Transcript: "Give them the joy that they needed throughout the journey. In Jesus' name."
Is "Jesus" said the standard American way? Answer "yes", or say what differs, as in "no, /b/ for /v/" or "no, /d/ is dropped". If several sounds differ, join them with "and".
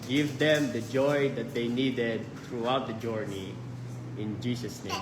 no, /s/ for /z/